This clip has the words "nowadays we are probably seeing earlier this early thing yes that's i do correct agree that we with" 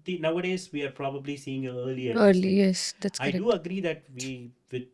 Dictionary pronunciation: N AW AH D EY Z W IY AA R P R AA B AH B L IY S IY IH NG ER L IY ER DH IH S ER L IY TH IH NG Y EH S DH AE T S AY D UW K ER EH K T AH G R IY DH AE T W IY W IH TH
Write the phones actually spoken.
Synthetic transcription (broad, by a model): N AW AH D EY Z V IY AA R P R AA B AH B L IY S IY IH NG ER L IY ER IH ER L IY Y EH S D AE T S AY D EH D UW AH G R IY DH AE T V IY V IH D